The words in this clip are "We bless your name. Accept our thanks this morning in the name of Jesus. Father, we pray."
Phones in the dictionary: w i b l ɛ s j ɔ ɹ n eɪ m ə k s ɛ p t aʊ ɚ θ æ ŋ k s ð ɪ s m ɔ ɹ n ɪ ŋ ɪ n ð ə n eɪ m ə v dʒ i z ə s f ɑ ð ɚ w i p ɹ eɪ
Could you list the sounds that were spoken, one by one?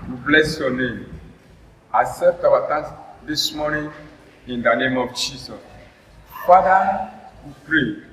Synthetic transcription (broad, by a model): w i b l ɛ s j ɔ n eɪ m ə s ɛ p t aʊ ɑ t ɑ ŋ s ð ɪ s m ɔ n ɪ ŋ ɪ n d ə n eɪ m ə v dʒ i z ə s f ɑ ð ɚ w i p ɹ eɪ